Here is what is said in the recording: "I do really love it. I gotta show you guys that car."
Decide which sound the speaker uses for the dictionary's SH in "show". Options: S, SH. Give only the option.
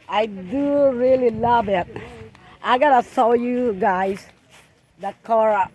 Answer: S